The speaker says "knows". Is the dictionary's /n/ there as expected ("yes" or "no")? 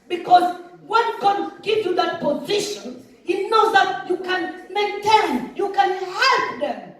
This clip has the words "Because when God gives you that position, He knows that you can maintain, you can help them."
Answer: yes